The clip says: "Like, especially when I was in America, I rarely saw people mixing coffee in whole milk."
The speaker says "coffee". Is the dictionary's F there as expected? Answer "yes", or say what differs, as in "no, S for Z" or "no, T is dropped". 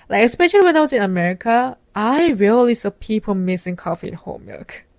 yes